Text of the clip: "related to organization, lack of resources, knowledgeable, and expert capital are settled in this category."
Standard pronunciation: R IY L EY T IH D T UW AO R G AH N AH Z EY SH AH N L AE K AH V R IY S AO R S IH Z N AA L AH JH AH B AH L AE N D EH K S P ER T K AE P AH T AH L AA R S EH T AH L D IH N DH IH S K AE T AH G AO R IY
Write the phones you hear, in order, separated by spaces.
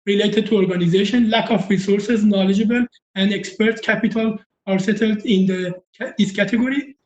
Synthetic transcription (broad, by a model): R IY L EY T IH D T UW AO R G AH N AH Z EY SH AH N L AE K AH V R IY S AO R S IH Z N AA L AH JH AH B AH L AE N D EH K S P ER T K AE P AH T AH L AA R S EH T AH L D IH N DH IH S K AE T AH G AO R IY